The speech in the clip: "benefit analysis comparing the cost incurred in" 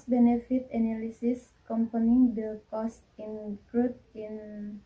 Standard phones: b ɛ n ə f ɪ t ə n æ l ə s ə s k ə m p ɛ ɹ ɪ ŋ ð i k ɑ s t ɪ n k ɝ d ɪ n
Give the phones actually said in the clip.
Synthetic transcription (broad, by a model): b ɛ n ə f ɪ t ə n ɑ l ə s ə s k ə m p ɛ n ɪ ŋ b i k ɑ s t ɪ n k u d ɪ n